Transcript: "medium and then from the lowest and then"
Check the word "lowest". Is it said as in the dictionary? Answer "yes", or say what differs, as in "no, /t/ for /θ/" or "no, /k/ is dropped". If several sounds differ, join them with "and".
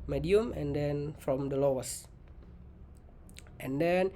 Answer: yes